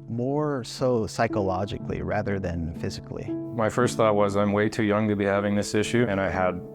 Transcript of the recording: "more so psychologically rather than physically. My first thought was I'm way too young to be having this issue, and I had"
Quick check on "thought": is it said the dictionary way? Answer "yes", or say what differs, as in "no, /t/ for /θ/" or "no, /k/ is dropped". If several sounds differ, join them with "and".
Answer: yes